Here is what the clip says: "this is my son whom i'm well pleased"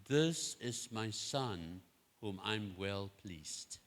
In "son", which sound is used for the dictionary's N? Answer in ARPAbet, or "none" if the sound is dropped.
N